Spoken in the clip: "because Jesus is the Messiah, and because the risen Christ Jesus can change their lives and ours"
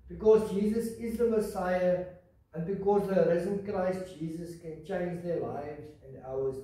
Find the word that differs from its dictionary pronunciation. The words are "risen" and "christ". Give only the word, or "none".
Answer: none